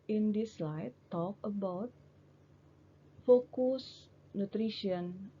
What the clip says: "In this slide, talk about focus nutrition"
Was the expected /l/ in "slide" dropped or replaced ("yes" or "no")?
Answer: no